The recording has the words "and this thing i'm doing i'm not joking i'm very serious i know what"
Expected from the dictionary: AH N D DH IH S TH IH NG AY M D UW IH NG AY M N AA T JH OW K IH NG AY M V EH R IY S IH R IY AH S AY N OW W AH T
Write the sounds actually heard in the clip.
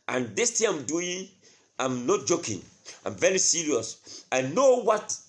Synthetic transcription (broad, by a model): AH N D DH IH S T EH AY M D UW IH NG AY M N AA T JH OW K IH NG AY M V EH R IY S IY R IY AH S AY N OW W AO T